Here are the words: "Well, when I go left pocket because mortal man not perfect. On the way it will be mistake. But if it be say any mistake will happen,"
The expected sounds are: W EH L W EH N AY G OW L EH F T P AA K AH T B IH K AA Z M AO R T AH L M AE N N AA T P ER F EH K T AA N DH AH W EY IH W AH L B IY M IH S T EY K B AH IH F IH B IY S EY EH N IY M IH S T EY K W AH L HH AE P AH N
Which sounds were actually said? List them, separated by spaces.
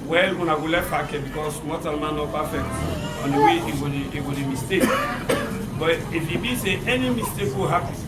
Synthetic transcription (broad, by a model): W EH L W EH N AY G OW L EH T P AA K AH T B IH K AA S M AO T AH L M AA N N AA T P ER F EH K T AA N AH W EY IH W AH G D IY M IH S T EY K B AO IH F IH B IY S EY EH N IY M IH S T EY K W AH HH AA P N